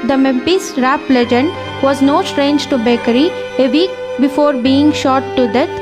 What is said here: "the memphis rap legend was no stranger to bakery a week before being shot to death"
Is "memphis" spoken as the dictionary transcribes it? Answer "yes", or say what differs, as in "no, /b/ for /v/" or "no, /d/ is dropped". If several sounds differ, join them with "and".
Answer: no, /p/ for /f/